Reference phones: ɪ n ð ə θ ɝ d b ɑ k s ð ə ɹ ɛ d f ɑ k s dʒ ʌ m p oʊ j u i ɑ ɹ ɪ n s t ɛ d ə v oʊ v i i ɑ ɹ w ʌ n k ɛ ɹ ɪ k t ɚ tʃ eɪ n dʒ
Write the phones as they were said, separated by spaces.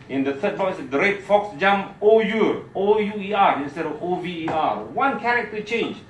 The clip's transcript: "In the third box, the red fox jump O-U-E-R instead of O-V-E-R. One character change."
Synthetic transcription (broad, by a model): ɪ n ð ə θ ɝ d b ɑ s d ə ɹ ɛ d f ɑ k s dʒ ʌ m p oʊ j u i ɑ ɹ ɪ n s t ɛ d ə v oʊ v i i ɑ ɹ w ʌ n k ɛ ɹ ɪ k t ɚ tʃ eɪ n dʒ